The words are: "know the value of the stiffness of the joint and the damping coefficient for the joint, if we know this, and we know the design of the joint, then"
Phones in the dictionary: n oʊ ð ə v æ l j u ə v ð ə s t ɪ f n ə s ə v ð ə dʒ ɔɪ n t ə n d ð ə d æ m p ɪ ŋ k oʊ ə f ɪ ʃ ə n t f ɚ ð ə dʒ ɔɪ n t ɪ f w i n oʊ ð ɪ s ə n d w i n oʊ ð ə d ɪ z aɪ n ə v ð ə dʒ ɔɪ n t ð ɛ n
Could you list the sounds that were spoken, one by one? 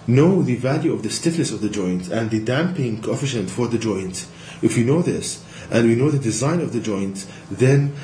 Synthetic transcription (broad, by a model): n oʊ ð ə v æ l j u ə v ð ə s t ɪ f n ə s ə v ð ə dʒ ɔɪ n t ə n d ð ə d æ m p ɪ ŋ k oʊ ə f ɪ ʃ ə n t f ɚ ð ə dʒ ɔɪ n t ɪ f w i n oʊ ð ɪ s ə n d w i n oʊ ð ə d ɪ z aɪ n ə v ð ə dʒ ɔɪ n t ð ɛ n